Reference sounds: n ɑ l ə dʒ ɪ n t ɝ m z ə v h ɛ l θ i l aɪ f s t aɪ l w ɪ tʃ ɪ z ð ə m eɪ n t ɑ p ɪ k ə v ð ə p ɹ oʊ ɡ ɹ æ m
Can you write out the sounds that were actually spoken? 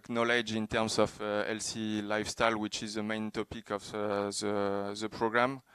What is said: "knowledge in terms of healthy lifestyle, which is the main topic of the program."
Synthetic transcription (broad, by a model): n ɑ l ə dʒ ɪ n t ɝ m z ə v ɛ l s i l aɪ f s t aɪ l w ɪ tʃ ɪ z ð ə m eɪ n t ɑ p ɪ k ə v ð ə p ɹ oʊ ɡ ɹ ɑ m